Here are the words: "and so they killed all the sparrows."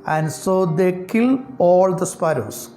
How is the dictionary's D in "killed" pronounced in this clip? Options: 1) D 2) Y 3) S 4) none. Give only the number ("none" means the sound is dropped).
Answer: 4